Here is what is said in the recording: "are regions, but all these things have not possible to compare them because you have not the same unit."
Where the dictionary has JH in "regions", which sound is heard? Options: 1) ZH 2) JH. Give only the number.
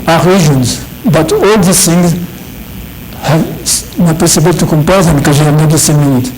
1